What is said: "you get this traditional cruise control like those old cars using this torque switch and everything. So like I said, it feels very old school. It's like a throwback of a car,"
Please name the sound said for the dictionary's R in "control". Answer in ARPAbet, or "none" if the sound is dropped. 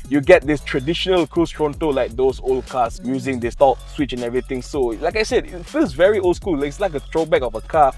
none